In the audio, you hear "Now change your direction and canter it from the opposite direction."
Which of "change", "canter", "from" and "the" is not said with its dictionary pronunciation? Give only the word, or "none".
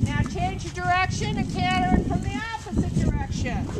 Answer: canter